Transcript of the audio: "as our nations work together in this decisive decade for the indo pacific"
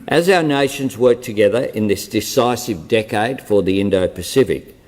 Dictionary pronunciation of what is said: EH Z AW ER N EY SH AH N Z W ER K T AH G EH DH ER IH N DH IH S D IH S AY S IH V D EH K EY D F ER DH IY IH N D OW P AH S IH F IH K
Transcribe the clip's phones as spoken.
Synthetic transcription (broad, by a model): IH Z AW ER N EY SH AH N Z W ER K T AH G EH DH ER IH N DH IH S D IH S AY S IH V D EH K EY D F ER DH IY IH N D OW P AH S IH F IH K